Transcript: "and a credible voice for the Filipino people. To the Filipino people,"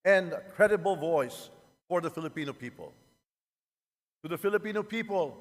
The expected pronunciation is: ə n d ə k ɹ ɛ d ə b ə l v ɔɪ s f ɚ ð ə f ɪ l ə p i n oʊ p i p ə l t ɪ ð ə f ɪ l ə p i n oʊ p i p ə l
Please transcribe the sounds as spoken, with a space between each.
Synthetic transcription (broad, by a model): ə n k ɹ ɛ d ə b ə l v ɔɪ s f ɚ ð ə f ɪ l ə p i n oʊ p i p ə l t ɪ ð ə f ɪ l ə p i n oʊ p i p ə l